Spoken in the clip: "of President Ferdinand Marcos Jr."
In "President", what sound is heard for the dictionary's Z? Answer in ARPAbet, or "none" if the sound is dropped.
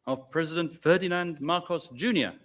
Z